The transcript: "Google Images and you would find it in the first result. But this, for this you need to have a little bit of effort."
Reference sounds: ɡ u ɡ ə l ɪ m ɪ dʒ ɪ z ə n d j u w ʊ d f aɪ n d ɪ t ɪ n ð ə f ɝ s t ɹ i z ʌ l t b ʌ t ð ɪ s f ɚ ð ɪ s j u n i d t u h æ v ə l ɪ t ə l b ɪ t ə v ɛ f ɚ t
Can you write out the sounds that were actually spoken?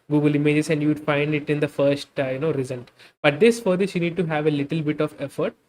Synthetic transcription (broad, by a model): ɡ u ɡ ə l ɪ m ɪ dʒ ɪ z ə n d j u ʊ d f aɪ n d ɪ t ɪ n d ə f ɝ s t ɹ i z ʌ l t b ʌ t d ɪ s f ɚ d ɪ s j u n i d t u h æ v ə l ɪ t ə l b ɪ t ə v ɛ f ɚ t